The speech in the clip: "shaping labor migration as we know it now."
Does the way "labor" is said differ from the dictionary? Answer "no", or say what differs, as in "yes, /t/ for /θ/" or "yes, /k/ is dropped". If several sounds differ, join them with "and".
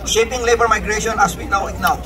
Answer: no